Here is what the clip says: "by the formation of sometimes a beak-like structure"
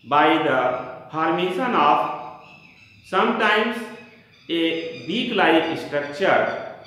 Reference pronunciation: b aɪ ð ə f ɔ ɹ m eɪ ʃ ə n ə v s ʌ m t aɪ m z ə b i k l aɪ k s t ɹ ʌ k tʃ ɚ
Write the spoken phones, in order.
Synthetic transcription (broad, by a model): b aɪ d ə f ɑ ɹ m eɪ s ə n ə p s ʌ m t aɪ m s ə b i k l aɪ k s t ɹ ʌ k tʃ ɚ